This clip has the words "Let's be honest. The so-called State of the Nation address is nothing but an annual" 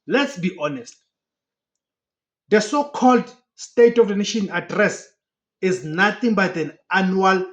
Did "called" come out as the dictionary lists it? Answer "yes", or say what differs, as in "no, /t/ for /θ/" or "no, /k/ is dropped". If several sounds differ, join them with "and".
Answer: yes